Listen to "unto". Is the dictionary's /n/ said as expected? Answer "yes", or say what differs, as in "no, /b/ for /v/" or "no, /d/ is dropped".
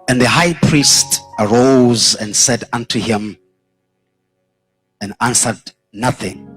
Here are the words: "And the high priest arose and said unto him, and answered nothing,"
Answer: yes